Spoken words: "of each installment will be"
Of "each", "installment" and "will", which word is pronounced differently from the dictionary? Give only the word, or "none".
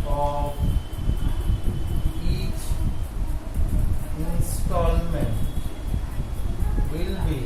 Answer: none